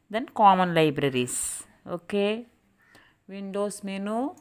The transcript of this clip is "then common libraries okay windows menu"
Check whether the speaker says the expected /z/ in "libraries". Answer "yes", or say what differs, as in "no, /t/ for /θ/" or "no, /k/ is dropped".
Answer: no, /s/ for /z/